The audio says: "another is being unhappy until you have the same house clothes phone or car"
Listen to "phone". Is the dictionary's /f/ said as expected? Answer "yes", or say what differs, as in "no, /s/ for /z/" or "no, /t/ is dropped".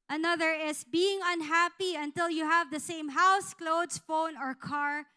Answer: yes